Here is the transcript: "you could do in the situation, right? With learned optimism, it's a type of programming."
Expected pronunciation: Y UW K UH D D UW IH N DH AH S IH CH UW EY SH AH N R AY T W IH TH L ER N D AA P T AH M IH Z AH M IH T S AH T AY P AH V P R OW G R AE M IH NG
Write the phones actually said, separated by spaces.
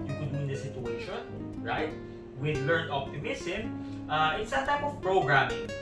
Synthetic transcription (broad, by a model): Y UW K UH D D UW IH N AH S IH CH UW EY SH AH N R AY T W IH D L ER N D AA P T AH M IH S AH M IH T S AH T AY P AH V P R OW G R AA M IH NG